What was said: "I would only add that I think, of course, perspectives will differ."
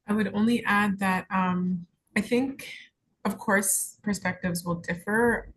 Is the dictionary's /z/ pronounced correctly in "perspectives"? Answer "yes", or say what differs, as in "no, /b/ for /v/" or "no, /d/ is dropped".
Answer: yes